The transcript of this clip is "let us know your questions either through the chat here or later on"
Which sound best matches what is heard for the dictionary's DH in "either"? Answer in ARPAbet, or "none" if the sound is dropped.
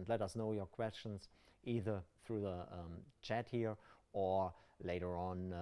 DH